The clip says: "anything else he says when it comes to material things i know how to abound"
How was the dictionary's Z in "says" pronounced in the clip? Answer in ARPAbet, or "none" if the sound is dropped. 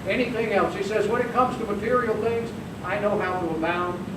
Z